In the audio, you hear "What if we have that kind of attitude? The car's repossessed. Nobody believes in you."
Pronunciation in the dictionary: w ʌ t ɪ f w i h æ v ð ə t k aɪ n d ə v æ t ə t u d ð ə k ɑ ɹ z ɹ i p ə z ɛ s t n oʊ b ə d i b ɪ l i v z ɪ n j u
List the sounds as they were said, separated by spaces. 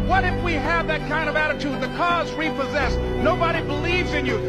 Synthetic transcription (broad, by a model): w ʌ t ɪ f w i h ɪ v ð ə t k aɪ n d ə v æ t ə t u d ð ə k ɑ z ɹ i p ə z ɛ s n oʊ b ə d i b ɪ l i v z ɪ n j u